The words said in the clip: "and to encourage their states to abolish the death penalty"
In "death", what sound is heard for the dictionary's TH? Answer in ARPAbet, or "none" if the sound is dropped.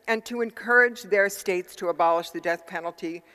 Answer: TH